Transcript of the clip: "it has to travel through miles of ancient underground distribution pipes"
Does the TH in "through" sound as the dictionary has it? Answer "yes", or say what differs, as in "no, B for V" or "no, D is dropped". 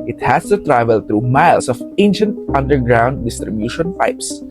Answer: no, T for TH